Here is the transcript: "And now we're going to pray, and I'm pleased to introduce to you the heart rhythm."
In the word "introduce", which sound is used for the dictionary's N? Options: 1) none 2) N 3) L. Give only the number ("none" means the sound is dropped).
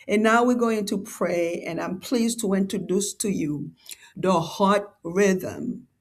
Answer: 2